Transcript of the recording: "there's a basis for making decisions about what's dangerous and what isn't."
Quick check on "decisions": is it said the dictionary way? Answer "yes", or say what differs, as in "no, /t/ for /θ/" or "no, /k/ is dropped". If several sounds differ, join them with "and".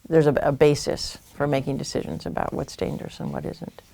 yes